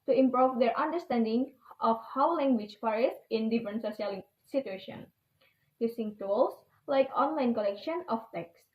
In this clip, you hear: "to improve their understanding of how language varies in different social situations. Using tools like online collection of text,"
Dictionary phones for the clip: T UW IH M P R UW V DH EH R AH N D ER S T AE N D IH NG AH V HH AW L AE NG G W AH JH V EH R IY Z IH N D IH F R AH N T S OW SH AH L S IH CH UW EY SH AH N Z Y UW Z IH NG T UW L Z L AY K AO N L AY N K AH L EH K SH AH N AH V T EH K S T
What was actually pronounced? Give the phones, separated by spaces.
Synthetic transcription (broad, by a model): T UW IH M P R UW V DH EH R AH N D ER S T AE N D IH NG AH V HH AW L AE NG G W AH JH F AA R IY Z IH N D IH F R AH N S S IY AH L S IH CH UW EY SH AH N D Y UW S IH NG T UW L S L AY K AO N L AY N K AH L EH K SH AH N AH F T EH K S